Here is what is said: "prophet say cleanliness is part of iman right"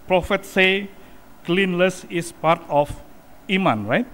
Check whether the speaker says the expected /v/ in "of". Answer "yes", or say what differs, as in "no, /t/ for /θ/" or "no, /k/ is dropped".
no, /f/ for /v/